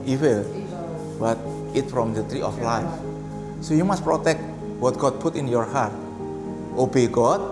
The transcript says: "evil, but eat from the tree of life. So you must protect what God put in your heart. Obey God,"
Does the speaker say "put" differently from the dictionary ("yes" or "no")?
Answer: no